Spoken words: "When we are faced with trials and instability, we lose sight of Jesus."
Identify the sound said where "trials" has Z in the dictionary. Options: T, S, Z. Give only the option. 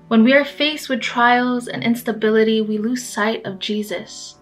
Z